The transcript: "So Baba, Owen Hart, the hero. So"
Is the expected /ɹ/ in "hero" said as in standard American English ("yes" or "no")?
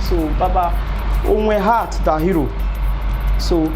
yes